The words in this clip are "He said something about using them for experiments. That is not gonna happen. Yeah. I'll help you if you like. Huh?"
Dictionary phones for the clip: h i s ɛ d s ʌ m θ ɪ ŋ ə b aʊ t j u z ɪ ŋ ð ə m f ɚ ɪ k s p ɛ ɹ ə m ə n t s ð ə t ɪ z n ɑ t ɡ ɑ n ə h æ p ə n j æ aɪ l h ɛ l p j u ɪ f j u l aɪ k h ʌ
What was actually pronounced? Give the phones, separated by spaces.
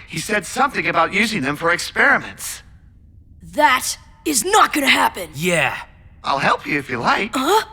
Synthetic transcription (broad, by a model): h i s ɛ d s ʌ m θ ɪ ŋ ə b aʊ t j u z ɪ ŋ ð ə m f ɚ ɪ k s p ɛ ɹ ə m ə n t s ð ə t ɪ z n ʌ t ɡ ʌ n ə h æ p ə n j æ aɪ l h ɛ l p j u ɪ f j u l aɪ k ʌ